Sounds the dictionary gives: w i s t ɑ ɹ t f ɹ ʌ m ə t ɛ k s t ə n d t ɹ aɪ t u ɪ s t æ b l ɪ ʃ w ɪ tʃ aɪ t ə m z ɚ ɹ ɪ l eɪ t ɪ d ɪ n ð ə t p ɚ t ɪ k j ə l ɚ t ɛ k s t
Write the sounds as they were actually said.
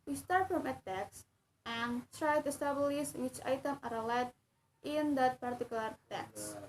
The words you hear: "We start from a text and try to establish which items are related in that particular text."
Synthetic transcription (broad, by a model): w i s t ɑ ɹ t f ɹ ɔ m ə t ɛ k s t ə n t ɹ aɪ t u s t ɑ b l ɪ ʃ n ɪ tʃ aɪ t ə m ɚ ɹ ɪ l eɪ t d ɪ n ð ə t p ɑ t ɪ k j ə l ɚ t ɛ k s